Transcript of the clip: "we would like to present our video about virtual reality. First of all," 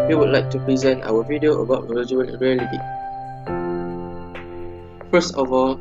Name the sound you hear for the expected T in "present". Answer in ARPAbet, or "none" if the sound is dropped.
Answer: T